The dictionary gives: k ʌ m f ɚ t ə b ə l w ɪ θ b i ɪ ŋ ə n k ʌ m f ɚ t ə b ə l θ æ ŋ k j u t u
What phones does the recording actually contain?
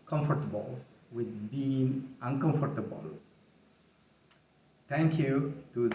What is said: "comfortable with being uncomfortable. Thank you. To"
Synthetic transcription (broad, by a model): k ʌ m f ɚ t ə b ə l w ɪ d b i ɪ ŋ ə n k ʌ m f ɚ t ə b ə l t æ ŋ k j u t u